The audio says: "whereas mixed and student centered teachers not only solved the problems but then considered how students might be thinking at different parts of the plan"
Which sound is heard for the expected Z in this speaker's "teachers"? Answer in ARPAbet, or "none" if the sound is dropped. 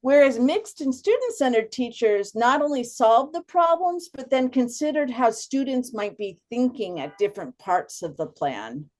Z